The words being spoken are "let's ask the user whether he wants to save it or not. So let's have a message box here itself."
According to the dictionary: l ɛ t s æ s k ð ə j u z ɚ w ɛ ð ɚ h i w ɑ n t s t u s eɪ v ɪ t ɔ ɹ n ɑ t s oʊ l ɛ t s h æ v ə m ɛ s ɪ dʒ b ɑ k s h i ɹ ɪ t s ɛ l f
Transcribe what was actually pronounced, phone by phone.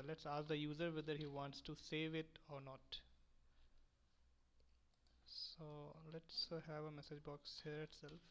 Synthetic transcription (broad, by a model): l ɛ t s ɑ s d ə j u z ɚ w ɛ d ɚ h i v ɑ n t s t u s eɪ v ɪ t ɔ ɹ n ɑ t s oʊ l ɛ t s h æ v ə m ɛ s ɪ dʒ b ɑ k s h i ɹ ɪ t s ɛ l f